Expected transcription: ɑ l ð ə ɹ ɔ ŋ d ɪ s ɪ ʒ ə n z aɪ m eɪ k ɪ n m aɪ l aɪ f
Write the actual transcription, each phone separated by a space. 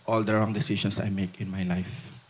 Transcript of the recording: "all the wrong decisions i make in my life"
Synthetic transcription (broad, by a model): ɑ l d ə ɹ ɔ ŋ d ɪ s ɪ s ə n s aɪ m eɪ k ɪ n m aɪ l aɪ f